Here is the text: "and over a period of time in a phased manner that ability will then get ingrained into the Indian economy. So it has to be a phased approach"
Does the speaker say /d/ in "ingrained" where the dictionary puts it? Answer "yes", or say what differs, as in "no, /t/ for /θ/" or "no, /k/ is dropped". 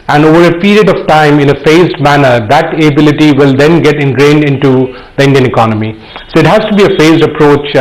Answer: yes